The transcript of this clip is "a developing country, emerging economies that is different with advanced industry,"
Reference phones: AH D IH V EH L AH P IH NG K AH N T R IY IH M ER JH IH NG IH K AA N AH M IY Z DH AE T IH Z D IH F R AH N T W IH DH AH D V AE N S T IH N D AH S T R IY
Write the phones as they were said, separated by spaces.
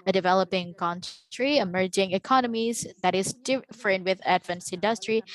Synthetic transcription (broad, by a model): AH D IH V EH L AH P IH NG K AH N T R IY IH M ER JH IH NG IH K AA N AH M IY Z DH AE T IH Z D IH F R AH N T W IH DH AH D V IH N S IH N D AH S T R IY